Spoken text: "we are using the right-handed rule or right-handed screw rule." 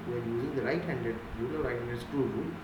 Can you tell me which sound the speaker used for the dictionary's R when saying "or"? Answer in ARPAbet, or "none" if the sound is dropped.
L